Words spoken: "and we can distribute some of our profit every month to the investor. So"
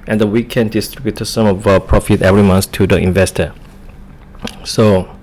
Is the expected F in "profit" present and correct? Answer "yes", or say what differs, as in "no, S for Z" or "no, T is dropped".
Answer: yes